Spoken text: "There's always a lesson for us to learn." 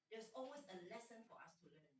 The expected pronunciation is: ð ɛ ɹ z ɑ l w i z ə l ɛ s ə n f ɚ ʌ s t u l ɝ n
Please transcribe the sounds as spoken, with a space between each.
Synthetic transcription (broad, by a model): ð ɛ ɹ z ɑ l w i s ə l ɛ s ə n f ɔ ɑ s t u l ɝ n